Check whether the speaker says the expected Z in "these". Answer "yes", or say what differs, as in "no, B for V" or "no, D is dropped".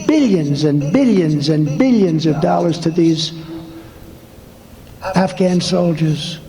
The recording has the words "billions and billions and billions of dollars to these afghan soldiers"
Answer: yes